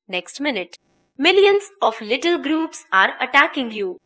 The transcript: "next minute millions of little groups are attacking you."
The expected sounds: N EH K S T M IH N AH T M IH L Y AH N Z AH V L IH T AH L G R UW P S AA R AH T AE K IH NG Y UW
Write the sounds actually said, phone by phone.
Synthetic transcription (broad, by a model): N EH K S T M IH N AH T M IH L Y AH N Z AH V L IH T AH L G R UW P S AA R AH T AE K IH NG Y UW